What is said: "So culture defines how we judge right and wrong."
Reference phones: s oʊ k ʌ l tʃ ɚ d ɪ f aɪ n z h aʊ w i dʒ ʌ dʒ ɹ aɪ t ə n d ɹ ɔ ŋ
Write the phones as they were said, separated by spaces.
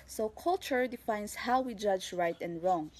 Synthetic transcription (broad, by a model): s oʊ k ʌ l tʃ ɚ d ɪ f aɪ n s h aʊ w i dʒ ʌ dʒ ɹ aɪ t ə n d ɹ ɔ ŋ